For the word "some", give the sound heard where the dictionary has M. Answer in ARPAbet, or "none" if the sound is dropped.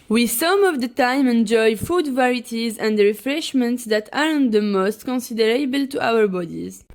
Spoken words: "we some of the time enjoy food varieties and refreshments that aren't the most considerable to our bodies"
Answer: M